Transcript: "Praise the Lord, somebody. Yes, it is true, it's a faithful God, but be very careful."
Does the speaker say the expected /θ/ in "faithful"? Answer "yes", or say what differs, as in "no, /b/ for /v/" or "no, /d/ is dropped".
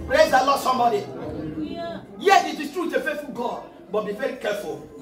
no, /t/ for /θ/